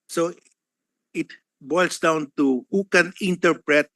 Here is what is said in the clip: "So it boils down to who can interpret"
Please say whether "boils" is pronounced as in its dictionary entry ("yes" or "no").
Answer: no